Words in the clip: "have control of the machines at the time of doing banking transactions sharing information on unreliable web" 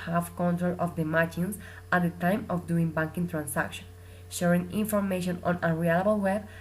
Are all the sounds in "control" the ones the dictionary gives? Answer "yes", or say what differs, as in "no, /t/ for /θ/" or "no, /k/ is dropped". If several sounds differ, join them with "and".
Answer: yes